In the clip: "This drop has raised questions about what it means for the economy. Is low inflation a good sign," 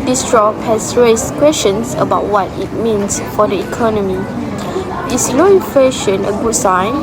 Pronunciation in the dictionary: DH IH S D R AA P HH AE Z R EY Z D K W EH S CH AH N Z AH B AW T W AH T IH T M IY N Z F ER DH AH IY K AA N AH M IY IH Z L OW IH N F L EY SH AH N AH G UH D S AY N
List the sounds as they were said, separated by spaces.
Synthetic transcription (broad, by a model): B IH S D R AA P HH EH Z R EY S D K W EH S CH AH N S AH B AW T W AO T IH T M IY N S F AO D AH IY K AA N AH M IY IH S L OW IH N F EY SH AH N AH G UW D S AY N